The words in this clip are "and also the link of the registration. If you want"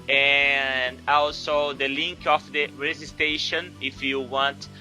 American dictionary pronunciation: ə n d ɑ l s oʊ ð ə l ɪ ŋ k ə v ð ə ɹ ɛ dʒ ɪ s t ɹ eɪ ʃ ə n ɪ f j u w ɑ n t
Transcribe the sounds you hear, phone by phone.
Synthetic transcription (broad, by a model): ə n d ɑ l s oʊ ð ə l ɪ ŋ k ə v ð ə ɹ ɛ z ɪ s t eɪ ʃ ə n ɪ f j u w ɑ n t